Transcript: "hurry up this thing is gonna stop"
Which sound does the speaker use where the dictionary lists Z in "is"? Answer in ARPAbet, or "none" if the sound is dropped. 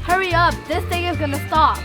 Z